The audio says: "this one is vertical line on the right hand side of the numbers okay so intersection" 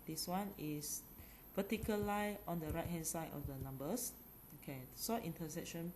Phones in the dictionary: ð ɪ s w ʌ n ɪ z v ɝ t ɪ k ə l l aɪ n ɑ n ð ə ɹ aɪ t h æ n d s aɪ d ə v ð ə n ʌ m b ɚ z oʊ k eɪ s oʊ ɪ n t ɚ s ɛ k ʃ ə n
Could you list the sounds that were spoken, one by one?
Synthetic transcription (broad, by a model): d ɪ s w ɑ n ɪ s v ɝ t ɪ k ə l l aɪ ɑ n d ə ɹ aɪ t h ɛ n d s aɪ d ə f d ə n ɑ m b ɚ s oʊ k eɪ s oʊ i n t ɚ s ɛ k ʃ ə n